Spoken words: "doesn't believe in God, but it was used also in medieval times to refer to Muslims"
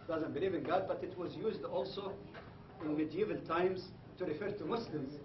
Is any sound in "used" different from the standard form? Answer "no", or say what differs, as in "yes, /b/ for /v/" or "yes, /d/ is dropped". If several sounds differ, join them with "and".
no